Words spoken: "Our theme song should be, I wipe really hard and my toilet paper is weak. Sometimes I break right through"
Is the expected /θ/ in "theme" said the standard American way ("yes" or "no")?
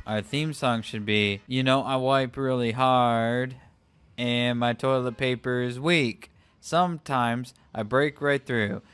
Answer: yes